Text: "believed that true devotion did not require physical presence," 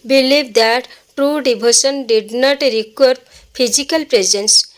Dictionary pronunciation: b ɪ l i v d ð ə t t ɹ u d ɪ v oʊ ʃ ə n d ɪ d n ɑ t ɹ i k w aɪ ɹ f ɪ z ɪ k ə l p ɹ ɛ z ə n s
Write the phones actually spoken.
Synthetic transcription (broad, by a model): b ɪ l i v d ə t t ɹ u d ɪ b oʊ s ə n d ɪ d n ɑ t ɹ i k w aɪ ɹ p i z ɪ k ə l p ɹ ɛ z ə n s